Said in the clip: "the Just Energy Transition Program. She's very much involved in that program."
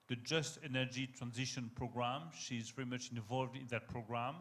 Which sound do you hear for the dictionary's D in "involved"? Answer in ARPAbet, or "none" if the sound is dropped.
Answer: D